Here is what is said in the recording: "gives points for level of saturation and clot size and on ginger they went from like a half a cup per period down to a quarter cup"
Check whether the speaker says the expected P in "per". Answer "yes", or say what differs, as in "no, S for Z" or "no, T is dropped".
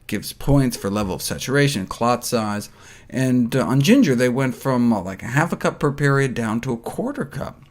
yes